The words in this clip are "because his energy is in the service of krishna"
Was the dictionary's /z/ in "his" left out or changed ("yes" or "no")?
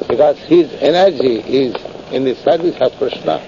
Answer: no